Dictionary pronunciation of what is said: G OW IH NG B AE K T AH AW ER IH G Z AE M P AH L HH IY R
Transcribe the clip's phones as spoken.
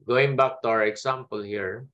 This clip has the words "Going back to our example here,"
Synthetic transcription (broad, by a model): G OW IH NG B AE K T AH AW ER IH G S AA M P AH L HH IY R